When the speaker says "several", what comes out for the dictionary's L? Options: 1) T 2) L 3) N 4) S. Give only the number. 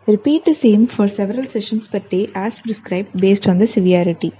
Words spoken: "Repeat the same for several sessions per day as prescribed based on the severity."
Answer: 2